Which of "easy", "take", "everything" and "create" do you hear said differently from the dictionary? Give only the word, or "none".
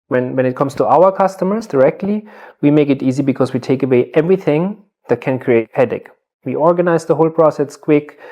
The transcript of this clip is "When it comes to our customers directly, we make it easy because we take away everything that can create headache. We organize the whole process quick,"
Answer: none